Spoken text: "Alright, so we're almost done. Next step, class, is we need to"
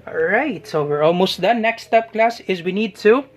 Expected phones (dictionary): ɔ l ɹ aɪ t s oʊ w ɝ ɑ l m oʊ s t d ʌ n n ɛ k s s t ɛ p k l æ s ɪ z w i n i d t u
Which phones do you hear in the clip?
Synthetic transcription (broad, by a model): ɹ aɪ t s oʊ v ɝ ɑ l m oʊ s t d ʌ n n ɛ k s s t ɛ p k l æ s ɪ z w i n i d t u